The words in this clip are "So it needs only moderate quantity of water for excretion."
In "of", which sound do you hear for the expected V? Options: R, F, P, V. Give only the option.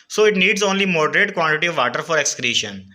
V